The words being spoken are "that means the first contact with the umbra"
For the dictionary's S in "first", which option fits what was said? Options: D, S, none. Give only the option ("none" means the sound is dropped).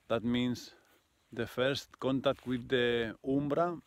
S